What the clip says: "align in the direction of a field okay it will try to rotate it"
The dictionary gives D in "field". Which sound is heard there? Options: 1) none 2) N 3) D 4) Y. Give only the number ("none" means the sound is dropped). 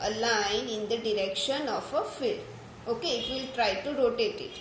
1